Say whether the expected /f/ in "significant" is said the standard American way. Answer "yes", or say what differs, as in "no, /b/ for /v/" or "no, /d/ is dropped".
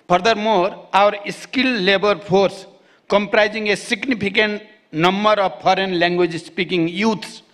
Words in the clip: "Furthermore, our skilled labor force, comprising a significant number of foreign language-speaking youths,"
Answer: no, /p/ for /f/